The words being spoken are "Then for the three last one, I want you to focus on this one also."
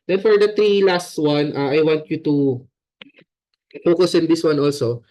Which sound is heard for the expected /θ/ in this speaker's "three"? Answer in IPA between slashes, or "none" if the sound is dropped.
/t/